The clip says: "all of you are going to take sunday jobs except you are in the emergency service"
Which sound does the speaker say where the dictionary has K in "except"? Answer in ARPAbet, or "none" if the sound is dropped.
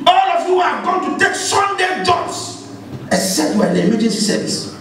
none